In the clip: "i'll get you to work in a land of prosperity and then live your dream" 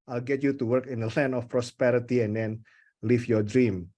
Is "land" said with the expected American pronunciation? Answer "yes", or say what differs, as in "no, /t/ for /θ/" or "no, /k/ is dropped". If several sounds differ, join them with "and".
no, /d/ is dropped